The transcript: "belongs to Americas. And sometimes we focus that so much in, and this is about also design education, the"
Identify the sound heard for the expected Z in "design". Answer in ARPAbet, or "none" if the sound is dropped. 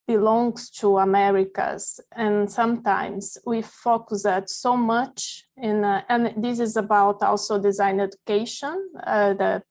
Z